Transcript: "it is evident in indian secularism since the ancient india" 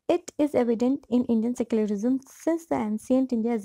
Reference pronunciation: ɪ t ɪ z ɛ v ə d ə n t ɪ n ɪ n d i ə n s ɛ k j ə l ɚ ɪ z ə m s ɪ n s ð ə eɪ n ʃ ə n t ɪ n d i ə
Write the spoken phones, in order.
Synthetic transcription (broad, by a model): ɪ t ɪ z ɛ v ə d ə n t ɪ n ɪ n d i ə n s ɛ k j ə l ɚ ɪ z ə m s ɪ n s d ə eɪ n s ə n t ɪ n d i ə